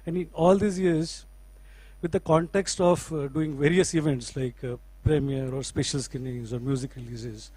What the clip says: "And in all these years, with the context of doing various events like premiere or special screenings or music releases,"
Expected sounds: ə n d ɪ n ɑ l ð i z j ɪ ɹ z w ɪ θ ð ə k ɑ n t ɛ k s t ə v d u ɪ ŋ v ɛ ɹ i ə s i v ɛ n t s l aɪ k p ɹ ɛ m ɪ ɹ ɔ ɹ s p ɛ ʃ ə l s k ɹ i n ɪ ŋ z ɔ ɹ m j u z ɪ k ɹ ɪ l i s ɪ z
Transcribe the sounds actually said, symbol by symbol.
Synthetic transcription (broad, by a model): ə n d ɪ n ɑ l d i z j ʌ ɹ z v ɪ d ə k ɑ n t ɛ k s t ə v d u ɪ ŋ v ɛ ɹ i ə s i v ɛ n t s l aɪ k p ɹ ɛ m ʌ ɹ ɔ ɹ s p ɛ ʃ ə l s k i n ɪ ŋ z ɔ ɹ m j u z ɪ k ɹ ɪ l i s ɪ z